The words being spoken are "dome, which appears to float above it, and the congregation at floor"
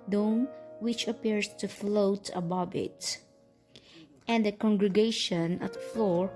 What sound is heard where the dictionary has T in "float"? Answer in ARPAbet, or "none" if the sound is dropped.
T